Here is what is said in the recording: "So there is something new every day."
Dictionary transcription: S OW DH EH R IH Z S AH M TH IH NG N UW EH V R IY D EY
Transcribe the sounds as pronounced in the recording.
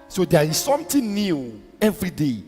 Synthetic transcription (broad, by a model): S OW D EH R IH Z S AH M T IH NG N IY EH V R IY D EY